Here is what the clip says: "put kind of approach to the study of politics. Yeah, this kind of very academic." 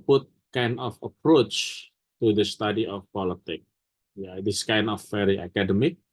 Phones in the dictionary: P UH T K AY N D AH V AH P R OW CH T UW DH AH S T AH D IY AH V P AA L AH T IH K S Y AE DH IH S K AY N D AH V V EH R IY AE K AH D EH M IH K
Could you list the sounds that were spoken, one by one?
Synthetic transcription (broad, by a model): P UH T K AY N D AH F AH P R OW CH T UW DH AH S T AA D IY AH F P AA L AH T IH K Y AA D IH S K AY N D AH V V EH R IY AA K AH D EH M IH K